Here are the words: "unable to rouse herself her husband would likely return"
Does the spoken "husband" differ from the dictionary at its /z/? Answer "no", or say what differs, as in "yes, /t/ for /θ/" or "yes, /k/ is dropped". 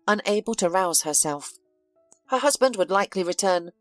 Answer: no